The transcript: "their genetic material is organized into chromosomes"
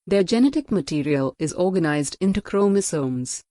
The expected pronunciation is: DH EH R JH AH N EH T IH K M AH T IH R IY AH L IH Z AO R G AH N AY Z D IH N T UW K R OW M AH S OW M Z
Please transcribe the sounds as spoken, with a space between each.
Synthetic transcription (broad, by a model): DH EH JH AH N EH T IH K M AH T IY R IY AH L IH Z AO R G AH N AY Z D IH N T UW K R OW M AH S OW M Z